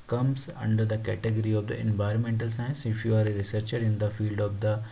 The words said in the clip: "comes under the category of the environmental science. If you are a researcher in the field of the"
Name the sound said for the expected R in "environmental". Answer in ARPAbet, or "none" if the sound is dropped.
R